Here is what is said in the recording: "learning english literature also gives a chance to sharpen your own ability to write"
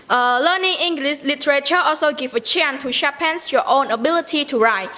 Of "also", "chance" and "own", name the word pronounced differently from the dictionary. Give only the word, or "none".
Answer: chance